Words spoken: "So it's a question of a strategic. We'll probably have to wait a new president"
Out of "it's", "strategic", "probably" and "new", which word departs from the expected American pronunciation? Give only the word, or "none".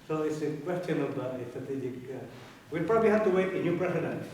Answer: none